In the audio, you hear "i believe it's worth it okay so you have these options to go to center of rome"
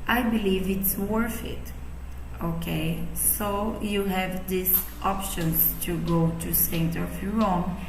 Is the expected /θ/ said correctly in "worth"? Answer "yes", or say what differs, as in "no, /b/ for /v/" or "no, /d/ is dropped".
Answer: no, /f/ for /θ/